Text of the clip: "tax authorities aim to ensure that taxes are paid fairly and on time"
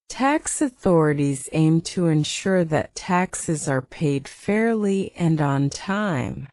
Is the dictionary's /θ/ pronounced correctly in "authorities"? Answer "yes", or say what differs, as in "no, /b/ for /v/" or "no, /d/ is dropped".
yes